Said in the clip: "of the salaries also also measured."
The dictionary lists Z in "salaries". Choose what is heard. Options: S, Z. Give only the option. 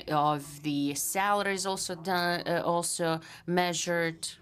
Z